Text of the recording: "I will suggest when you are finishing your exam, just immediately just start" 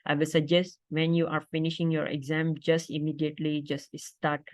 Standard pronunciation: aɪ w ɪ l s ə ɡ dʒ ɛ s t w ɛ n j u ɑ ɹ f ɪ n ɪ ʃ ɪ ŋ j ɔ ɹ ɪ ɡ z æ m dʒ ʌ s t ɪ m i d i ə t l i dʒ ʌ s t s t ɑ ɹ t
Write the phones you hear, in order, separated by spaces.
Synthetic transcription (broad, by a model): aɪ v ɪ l s ə ɡ dʒ ɛ s t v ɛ n j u ɑ ɹ f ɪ n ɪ ʃ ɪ ŋ j ɔ ɹ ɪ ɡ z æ m dʒ ʌ s t ɪ m i d i ə t l i dʒ ʌ s t s t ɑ ɹ t